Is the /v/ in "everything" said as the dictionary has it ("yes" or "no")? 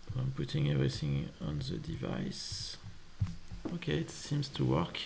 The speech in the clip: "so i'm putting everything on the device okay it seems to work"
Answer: yes